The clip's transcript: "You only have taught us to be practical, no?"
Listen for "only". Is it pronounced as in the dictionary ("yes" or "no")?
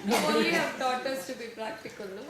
no